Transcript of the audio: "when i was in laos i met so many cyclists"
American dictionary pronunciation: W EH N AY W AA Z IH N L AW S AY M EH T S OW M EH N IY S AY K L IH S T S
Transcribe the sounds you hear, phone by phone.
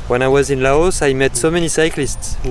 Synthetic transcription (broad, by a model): W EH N AY W AA Z IH N L AW S AY M EH T S OW M EH N IY S AY K L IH S T S